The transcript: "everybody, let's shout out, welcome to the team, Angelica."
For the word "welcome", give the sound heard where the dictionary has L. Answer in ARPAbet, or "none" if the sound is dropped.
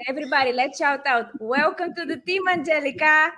W